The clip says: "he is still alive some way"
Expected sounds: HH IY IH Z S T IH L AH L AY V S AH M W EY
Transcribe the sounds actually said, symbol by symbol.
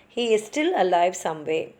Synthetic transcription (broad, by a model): HH IY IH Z S T IH L AH L AY V S AH M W EY